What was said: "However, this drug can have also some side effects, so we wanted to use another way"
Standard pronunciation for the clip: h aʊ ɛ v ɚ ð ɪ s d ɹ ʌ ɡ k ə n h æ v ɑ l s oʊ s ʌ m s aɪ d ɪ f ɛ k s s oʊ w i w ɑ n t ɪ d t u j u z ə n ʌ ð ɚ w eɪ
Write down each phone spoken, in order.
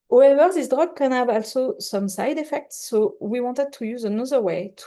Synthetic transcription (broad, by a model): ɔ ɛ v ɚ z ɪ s d ɹ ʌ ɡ k ə n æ b ɑ l s oʊ s ʌ m s aɪ d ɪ f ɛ k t s oʊ w i w ɑ n t ɪ d t u j u z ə n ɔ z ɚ w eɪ